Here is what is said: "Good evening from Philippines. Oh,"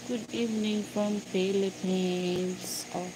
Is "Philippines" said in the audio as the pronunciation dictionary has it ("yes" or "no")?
no